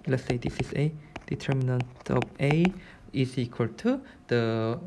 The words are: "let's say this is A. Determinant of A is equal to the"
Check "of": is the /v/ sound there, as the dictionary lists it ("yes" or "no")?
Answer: no